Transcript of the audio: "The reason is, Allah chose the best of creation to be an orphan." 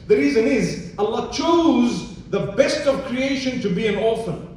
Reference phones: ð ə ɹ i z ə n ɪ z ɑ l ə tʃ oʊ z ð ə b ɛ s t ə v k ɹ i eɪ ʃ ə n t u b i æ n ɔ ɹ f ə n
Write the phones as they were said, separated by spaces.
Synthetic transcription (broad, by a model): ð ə ɹ i z ə n ɪ z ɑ l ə tʃ oʊ z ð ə b ɛ s t ə v k ɹ i eɪ ʃ ə n t u b i æ n ɔ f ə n